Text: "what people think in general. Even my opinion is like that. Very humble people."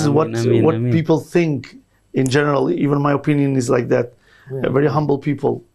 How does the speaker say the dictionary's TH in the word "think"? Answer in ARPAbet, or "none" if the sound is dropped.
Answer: TH